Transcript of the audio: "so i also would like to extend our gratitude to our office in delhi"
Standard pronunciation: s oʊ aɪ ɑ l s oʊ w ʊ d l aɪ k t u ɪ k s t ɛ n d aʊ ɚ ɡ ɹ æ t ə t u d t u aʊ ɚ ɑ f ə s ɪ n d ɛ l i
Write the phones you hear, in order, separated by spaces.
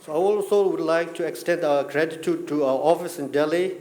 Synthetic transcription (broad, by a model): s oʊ aɪ ɑ l s oʊ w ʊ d l aɪ k t u ɪ k s t ɛ n d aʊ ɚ ɡ ɹ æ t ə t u d t u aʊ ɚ ɑ f ə s ɪ n d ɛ l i